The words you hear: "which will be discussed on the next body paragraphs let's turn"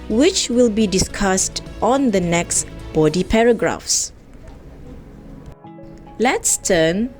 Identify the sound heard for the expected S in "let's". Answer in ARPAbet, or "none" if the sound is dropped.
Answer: S